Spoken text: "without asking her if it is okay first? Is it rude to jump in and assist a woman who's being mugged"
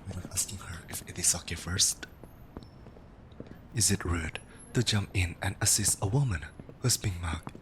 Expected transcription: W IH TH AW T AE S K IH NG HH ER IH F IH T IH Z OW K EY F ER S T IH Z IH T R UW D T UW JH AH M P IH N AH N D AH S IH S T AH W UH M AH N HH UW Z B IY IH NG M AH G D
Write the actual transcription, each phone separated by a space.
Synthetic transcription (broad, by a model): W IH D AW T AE S K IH NG HH ER IH F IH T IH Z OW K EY F ER S T IH Z IH T R UW D T UW JH AH M P IH N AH N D AH S IH S T AH W UH M AH N HH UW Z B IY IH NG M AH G